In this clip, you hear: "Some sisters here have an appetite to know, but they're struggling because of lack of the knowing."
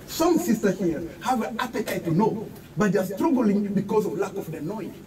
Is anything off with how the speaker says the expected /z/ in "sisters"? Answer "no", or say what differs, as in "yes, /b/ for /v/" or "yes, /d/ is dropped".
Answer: yes, /z/ is dropped